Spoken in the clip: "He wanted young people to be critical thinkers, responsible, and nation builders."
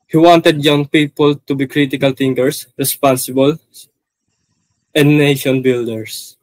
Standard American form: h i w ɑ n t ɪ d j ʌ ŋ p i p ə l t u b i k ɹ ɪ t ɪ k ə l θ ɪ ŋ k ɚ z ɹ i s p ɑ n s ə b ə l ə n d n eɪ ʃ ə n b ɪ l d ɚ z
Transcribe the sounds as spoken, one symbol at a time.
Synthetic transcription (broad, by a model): h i w ɑ n t ɪ d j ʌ ŋ p i p ə l t u b i k ɹ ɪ t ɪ k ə l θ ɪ ŋ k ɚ s ɹ i s p ɑ n s ə b ə l ə n d n eɪ ʃ ə n b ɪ l d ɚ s